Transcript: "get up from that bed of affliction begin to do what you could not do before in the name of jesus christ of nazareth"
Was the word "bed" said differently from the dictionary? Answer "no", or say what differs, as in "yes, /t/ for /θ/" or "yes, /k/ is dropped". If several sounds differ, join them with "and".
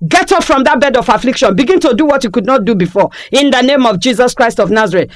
no